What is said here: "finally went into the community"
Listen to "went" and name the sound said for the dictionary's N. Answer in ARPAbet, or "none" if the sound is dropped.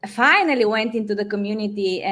N